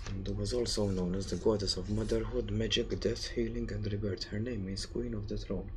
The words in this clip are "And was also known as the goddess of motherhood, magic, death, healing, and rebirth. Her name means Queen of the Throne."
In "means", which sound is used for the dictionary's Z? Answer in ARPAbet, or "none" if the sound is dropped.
S